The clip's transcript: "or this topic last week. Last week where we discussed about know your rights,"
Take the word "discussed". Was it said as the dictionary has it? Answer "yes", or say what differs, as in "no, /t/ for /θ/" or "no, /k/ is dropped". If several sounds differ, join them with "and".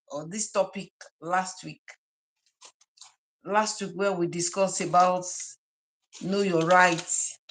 no, /t/ is dropped